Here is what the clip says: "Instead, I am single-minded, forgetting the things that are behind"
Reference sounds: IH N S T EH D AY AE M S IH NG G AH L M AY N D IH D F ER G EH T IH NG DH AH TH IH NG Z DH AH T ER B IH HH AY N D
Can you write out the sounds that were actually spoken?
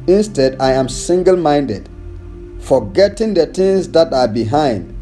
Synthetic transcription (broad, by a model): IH N S T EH D AY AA M S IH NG G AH L M AY N D IH D F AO G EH T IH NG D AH T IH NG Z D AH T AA B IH HH AY N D